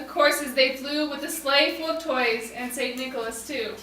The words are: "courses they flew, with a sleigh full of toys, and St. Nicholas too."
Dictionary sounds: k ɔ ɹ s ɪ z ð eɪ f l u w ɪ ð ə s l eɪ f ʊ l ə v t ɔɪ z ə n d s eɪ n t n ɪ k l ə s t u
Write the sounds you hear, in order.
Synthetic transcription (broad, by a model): k ɔ ɹ s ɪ z ð eɪ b l u w ɪ ð ə s l eɪ f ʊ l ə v t ɔɪ z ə n s eɪ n n ɪ k l ə s t u